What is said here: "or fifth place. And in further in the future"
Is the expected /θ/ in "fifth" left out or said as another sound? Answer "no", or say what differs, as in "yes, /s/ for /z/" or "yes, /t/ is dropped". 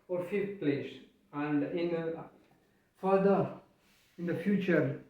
yes, /f/ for /θ/